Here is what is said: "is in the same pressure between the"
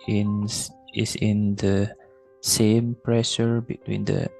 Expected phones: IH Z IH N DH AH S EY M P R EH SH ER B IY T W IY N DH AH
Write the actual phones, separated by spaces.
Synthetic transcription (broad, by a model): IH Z IH N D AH S EY M P R EH SH ER B IY T W IY N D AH